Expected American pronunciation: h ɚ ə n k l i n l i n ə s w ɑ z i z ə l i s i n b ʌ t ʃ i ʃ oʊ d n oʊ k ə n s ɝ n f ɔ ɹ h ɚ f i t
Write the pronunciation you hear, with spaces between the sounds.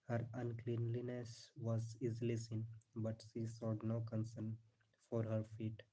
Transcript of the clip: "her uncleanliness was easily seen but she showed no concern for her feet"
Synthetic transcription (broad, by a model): h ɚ ə n k l i n l i n ə s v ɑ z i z l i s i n b ʌ t ʃ i s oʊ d n oʊ k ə n s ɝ n f ɔ ɹ h ɚ f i t